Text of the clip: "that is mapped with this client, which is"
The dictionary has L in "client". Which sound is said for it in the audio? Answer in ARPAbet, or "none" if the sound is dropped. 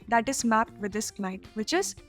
N